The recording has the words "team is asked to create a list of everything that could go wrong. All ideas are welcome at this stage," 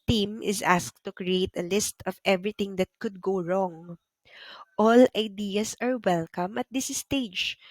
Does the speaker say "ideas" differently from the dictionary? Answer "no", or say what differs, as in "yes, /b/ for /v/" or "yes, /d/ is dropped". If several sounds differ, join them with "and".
yes, /s/ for /z/